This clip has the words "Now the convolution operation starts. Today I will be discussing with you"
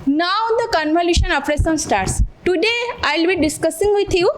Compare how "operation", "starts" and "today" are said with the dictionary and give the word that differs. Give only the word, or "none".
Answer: operation